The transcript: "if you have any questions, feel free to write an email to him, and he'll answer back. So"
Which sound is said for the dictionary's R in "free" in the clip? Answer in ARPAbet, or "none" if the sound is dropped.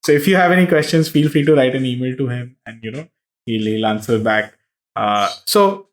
none